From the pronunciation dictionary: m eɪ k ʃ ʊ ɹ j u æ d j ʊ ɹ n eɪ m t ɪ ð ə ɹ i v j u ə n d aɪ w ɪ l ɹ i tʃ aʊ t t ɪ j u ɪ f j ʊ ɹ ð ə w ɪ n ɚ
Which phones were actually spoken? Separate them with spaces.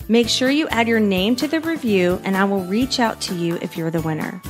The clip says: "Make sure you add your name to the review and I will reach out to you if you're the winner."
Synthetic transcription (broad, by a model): m eɪ k ʃ ʊ ɹ j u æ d j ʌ ɹ n eɪ m t ɪ ð ə ɹ i v j u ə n aɪ w ɪ l ɹ i tʃ aʊ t t ɪ j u ɪ f j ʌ ɹ ð ə w ɪ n ɚ